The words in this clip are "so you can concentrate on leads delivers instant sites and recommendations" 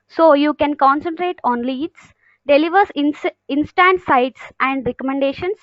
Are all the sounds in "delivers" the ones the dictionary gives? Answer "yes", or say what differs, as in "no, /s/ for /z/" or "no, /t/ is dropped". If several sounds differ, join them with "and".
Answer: no, /s/ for /z/